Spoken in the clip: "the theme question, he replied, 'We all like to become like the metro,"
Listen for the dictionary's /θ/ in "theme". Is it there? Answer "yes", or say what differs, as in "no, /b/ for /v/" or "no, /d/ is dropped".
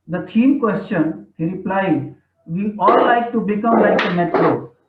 no, /t/ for /θ/